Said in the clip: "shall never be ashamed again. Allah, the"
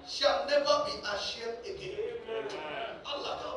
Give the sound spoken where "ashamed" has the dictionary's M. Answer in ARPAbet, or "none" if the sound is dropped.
none